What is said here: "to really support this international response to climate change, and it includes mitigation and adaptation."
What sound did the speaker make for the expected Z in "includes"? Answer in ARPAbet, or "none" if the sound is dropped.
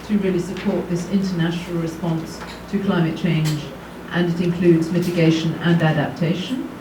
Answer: Z